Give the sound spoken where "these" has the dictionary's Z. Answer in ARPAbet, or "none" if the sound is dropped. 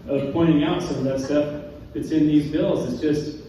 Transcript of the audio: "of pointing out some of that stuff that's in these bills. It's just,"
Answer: Z